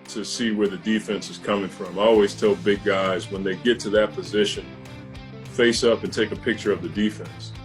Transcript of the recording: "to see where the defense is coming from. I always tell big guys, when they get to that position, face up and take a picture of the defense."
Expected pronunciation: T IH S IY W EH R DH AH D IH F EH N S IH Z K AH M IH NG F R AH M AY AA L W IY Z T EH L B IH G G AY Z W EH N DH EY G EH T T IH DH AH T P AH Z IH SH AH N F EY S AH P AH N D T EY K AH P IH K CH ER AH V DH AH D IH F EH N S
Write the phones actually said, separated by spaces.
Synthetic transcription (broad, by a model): T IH S IY W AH R DH AH D IH F EH N S IH Z K AH M IH NG F R AH M AA L W IY Z T EH L B IH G G AY Z W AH N DH EY G EH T T IH DH AH T P AH Z IH SH AH N F EY S AH P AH N T EY K AH P IH K CH ER AH V DH AH D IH F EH N S